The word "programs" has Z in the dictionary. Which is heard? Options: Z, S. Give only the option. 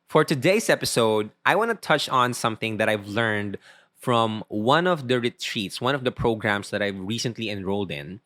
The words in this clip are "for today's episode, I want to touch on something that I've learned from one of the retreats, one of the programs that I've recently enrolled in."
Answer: S